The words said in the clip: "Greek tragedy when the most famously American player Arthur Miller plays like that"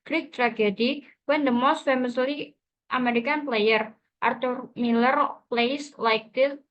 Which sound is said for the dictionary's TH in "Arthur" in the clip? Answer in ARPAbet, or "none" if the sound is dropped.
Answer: T